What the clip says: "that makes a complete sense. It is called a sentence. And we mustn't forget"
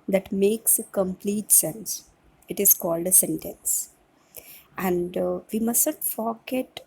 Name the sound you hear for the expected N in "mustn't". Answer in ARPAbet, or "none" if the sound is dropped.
none